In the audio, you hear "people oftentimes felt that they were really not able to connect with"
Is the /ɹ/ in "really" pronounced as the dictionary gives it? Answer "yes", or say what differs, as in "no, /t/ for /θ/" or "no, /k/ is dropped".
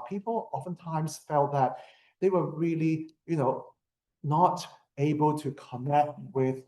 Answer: no, /l/ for /ɹ/